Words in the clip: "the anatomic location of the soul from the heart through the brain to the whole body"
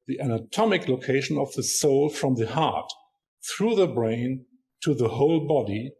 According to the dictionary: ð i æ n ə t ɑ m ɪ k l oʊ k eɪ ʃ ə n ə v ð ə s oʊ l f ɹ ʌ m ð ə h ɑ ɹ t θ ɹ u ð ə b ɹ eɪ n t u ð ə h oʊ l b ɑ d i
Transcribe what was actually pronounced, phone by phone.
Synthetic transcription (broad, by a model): ð i æ n ə t ɑ m ɪ k l oʊ k eɪ ʃ ə n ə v ð ə s oʊ l f ɹ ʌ m ð ə h ɑ ɹ t θ ɹ u ð ə b ɹ eɪ n t u ð ə h oʊ l b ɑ d i